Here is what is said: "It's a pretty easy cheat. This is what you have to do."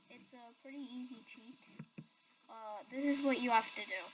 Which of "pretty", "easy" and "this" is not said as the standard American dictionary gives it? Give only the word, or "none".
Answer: none